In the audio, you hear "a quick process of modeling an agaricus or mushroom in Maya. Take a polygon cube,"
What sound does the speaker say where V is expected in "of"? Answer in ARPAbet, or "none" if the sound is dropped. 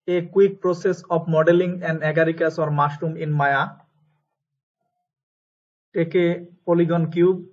B